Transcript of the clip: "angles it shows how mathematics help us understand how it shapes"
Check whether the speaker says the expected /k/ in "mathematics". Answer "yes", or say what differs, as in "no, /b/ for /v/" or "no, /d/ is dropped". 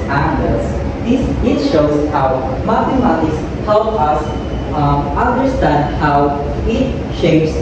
no, /k/ is dropped